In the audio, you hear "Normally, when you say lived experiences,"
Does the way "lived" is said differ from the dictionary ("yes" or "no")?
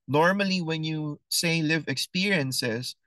yes